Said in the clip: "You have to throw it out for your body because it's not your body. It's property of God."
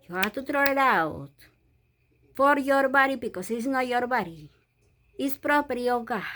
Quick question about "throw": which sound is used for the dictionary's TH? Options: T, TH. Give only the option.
T